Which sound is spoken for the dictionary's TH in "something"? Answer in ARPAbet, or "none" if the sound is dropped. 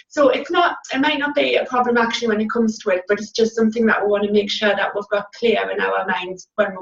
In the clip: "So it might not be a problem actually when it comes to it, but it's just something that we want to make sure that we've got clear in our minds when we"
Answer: TH